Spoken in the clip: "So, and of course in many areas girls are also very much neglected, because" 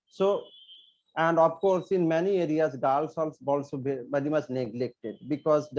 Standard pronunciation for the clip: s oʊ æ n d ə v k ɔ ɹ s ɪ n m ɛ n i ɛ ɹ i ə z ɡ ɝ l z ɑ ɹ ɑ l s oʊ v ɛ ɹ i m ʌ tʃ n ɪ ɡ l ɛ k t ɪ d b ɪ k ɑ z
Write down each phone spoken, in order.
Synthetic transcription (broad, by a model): s oʊ æ n d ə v k ɔ ɹ s ɪ n m ɛ n i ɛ ɹ i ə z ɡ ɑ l s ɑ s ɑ l s oʊ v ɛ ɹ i m ʌ tʃ n ɪ ɡ l ɛ k t ɪ d b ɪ k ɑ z